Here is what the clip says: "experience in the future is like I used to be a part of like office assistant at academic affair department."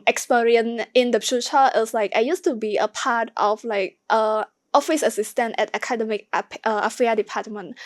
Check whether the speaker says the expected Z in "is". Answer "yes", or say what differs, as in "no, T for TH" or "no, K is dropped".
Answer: no, S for Z